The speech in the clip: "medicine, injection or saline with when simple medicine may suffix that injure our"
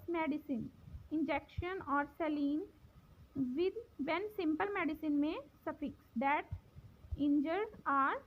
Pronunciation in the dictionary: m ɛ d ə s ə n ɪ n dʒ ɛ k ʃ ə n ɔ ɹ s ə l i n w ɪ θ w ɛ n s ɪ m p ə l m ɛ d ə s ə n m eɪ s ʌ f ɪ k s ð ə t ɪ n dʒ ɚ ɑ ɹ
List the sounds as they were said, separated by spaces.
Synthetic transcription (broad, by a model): m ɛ d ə s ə n ɪ n dʒ ɛ k ʃ ə n ɔ ɹ s ə l i n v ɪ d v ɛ n s ɪ m p ə l m ɛ d ə s ə n m eɪ s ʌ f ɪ k s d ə t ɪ n dʒ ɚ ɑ ɹ